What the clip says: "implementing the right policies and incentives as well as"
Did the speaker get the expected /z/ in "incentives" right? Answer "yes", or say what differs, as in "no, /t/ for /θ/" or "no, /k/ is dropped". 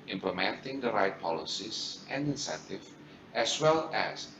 no, /z/ is dropped